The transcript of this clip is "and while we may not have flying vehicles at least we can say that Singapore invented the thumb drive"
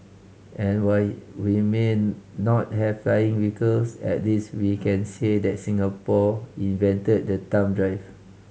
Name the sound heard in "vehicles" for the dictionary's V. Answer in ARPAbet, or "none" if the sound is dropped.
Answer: W